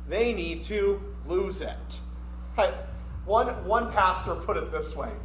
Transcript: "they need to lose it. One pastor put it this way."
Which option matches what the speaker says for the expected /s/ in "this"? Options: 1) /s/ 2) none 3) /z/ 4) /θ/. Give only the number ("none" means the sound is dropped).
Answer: 1